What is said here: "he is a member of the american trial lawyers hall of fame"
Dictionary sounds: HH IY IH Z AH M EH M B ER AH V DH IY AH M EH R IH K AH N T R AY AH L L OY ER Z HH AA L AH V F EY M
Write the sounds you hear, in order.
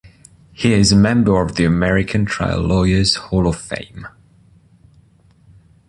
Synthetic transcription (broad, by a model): HH IY IH Z AH M EH M B ER AH V DH IY AH M EH R IH K AH N T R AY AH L L OY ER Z HH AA L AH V F EY M